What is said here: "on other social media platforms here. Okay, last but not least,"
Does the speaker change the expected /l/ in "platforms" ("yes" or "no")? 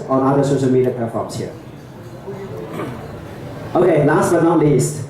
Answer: yes